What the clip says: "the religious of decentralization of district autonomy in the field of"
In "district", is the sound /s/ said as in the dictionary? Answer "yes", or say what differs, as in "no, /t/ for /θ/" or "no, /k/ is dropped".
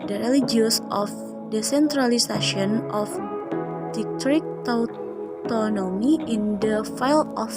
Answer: no, /s/ is dropped